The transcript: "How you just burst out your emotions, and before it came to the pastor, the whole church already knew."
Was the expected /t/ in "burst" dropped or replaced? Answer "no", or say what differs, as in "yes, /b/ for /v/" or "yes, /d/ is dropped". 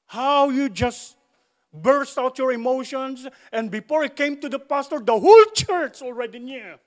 no